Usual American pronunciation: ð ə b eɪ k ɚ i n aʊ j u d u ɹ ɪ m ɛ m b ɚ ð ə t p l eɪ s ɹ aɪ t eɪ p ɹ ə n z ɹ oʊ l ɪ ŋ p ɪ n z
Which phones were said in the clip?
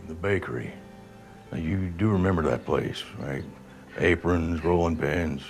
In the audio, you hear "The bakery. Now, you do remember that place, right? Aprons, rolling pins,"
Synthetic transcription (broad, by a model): ð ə b eɪ k ɚ i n j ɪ d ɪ ɹ ɪ m ɛ m b ɚ ð ə t p l eɪ s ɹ aɪ t eɪ p ɹ ə n z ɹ oʊ l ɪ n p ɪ n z